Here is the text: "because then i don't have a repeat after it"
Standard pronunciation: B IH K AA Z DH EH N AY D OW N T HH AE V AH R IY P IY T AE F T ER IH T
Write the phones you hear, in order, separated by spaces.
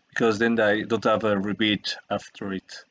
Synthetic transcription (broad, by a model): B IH K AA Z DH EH N AY D OW N T HH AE V AH R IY B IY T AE F T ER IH T